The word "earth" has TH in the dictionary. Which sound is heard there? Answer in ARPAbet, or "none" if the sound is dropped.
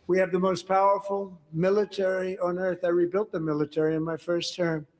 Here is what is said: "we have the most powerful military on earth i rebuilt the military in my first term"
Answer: TH